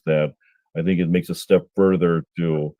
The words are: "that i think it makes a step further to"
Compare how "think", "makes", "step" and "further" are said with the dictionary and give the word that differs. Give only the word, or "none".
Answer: none